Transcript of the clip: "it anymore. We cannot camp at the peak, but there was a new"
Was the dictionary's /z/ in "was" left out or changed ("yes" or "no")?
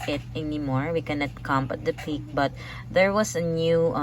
yes